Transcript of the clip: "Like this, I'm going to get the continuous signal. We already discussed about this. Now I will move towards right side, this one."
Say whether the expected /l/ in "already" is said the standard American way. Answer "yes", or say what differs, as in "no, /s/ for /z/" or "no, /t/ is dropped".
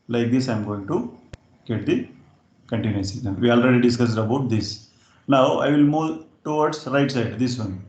yes